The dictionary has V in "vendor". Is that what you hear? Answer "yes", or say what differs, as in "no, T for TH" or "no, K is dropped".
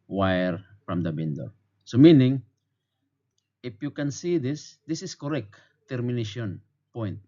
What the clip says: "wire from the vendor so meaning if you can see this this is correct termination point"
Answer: no, B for V